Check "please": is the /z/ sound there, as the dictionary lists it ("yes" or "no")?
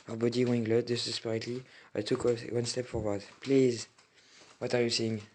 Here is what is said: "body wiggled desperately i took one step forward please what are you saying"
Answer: yes